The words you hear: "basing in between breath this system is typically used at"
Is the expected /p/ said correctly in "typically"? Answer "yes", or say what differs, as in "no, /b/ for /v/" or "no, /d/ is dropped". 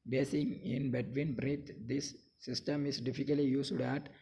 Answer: no, /f/ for /p/